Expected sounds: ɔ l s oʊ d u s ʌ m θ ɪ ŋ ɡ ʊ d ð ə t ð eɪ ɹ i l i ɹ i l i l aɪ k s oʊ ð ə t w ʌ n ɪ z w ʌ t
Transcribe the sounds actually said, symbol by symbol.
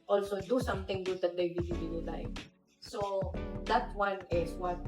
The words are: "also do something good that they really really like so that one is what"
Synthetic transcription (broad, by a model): ɔ l s oʊ d u s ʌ m t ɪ ŋ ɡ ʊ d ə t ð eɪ w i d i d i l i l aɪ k s oʊ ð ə t w ʌ n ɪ s w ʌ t